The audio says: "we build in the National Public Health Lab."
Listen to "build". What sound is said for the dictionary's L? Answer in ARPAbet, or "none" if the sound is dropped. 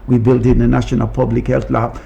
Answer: L